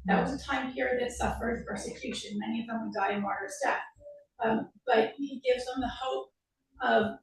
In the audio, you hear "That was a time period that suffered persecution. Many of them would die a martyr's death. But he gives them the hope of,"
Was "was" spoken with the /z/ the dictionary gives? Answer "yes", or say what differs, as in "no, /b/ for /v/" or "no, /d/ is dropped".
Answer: yes